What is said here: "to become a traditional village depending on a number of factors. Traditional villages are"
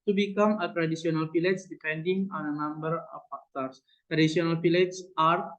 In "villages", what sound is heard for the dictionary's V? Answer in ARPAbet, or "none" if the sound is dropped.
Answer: P